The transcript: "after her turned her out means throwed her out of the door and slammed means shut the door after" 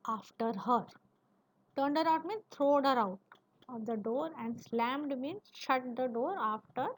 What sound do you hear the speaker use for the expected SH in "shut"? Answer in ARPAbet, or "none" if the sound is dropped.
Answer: SH